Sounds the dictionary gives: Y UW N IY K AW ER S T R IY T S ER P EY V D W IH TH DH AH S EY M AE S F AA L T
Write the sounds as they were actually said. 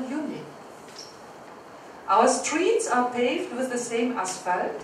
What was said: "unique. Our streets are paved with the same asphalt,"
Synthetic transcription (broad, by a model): Y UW N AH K AW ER S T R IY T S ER P EY V D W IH DH AH S EY M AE S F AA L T